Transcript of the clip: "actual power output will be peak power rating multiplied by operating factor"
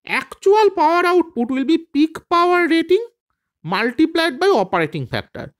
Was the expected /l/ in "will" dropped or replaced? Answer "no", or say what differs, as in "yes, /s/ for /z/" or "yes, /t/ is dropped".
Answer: no